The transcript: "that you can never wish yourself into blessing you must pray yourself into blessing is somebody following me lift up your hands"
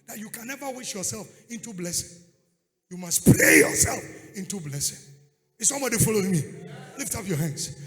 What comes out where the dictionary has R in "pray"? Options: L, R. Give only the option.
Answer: L